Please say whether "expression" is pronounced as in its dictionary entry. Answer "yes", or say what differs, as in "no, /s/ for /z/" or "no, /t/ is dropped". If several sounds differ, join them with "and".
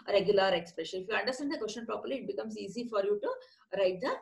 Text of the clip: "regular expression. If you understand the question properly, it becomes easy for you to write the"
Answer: no, /l/ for /n/